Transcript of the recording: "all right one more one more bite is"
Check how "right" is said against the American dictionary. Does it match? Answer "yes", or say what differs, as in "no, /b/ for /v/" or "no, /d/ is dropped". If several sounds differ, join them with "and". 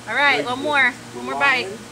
yes